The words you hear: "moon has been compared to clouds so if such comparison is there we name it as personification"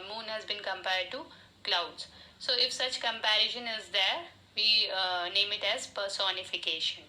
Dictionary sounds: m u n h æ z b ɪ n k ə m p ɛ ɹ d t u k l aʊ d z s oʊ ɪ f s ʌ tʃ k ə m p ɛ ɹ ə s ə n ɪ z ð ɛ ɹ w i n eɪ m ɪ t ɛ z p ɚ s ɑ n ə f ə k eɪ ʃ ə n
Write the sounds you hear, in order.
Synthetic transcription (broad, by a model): m u n h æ z b ɪ n k ə m p ɛ ɹ d t u k l aʊ d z s oʊ ɪ f s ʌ tʃ k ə m p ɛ ɹ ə ʃ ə n ɪ z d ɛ ɹ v i n eɪ m ɪ t ɛ z p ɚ s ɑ n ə f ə k eɪ ʃ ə n